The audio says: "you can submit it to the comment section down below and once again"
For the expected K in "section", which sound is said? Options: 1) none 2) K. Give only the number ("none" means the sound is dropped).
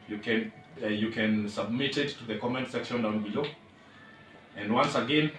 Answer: 2